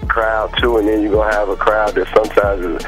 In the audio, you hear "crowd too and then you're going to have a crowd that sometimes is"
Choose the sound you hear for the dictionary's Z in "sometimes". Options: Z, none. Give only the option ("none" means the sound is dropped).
Z